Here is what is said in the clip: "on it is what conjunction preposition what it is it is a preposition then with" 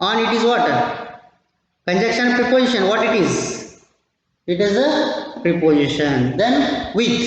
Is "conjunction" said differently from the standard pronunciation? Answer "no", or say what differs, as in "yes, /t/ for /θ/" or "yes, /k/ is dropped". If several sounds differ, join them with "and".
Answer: yes, /ŋ/ is dropped